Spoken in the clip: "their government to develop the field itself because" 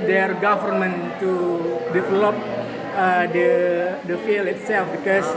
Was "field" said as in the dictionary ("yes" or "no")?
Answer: no